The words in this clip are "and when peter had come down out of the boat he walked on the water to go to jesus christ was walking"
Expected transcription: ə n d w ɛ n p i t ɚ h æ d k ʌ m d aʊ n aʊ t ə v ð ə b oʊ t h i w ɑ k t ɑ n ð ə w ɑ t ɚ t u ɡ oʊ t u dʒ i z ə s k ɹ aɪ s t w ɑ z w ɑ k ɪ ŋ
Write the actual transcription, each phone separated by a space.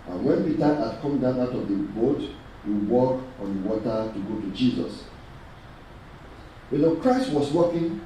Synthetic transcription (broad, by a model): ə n w ɛ n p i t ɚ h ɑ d k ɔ m d aʊ n aʊ t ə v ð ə b oʊ t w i w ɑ k ɑ n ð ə w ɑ t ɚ t u ɡ oʊ t u dʒ i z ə s k ɹ aɪ s t w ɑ s w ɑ k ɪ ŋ